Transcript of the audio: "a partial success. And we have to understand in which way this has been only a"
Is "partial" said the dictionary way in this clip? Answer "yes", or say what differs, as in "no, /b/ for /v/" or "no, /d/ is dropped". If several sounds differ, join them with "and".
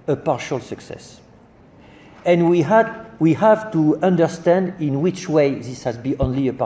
yes